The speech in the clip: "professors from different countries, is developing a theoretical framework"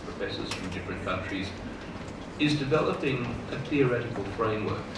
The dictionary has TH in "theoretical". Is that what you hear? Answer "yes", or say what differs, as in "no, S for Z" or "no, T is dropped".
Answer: yes